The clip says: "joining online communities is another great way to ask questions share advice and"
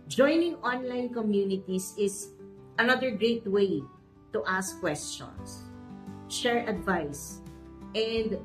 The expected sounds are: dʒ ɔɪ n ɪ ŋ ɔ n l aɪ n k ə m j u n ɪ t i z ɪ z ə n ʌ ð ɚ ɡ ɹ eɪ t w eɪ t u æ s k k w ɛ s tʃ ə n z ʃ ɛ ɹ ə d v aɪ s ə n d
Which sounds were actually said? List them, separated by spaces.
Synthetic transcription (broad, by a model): dʒ ɔɪ n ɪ ŋ ɔ n l aɪ n k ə m j u n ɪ t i s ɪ s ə n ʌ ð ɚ ɡ ɹ eɪ t w eɪ t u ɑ s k k w ɛ s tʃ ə n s ʃ ɛ ɹ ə d v aɪ s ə n d